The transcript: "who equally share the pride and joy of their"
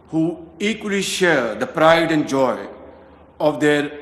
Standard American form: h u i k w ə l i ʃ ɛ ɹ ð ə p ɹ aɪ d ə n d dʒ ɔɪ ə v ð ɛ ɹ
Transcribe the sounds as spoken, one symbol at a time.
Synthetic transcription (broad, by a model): h u i k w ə l i ʃ ɛ ɹ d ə p ɹ aɪ d ə n d dʒ ɔɪ ə v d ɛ ɹ